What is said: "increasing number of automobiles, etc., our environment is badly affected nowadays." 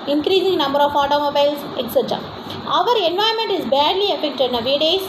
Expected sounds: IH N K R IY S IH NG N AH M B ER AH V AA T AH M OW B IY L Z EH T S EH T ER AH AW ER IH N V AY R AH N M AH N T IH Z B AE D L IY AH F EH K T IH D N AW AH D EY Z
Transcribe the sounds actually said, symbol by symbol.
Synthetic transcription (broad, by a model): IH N K R IY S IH NG N AH M B ER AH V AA T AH M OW B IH L S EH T S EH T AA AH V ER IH N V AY AH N M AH N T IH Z B AE D L IY AH F EH K T IH D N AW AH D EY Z